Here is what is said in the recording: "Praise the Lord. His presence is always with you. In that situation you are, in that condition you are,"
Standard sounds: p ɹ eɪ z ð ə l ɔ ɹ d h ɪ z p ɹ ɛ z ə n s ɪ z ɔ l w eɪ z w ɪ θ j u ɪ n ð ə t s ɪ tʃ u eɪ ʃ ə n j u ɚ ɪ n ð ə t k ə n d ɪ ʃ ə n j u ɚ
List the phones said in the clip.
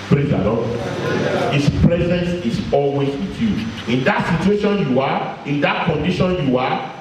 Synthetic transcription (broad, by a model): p ɹ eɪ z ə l ɔ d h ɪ s p ɹ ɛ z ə n s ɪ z ɔ l w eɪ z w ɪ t j u ɪ n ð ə t s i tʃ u eɪ ʃ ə n j u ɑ ɪ n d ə t k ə n d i ʃ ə n j u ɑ